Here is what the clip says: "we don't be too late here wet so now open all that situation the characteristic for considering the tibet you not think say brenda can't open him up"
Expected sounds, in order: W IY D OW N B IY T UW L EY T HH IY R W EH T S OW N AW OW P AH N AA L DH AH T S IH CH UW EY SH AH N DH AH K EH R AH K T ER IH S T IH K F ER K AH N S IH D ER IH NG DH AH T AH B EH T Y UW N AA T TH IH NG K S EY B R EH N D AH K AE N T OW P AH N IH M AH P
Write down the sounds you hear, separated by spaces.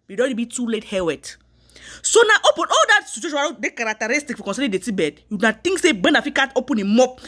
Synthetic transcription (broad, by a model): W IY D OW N B IY T UW L EY T HH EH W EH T S OW N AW OW P AH N AA L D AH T S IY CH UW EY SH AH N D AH K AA R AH K T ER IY S T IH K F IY K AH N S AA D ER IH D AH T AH B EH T Y UW N AA T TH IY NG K S EY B EH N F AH K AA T OW P AH N IH M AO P